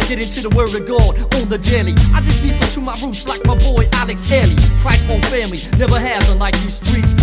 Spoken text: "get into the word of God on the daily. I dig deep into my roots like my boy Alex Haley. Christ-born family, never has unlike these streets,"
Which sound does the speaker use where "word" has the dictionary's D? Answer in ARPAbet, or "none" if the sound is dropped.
none